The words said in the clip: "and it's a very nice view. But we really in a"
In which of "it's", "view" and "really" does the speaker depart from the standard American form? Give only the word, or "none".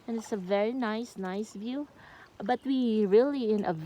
none